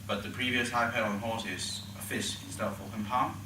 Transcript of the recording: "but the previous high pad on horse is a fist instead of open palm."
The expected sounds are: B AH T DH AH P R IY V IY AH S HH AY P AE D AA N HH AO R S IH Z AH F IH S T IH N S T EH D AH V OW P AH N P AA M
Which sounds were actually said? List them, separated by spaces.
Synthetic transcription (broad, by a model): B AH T DH AH P R IY V IY AH S HH AY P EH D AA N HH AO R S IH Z AH F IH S IH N S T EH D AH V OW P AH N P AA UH